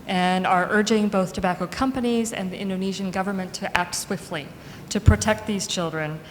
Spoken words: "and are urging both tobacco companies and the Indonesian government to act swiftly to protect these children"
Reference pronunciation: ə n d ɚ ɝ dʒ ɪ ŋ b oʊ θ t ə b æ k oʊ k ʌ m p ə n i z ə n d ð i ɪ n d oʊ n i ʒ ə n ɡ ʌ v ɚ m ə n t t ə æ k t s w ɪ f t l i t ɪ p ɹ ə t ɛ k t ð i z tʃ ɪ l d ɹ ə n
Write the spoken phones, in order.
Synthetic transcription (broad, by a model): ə n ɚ ɝ dʒ ɪ ŋ b oʊ θ t ə b æ k oʊ k ʌ m p ə n i z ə n ð i ɪ n d oʊ n i ʒ ə n ɡ ʌ v ɚ m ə n t t æ k t s w ɪ f t l i t ɪ p ɹ ə t ɛ k t ð i z tʃ ɪ l d ɹ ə n